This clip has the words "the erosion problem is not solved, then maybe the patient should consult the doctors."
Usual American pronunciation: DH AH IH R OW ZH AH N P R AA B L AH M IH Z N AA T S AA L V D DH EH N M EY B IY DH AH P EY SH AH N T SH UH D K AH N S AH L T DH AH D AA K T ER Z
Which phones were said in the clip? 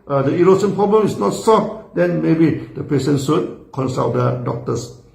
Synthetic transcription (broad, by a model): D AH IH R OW S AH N P R AA B L AH M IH S N AA T S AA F D EH N M EY B IY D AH P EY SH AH N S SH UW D K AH N S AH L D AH D AA K T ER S